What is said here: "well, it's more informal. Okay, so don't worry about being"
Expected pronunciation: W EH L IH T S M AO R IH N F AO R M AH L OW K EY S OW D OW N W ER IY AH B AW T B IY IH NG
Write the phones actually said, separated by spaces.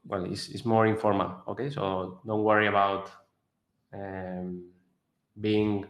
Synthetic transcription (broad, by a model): W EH L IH S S M AO R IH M F AO R M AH L OW K EY S OW D OW N W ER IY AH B AW T B IY NG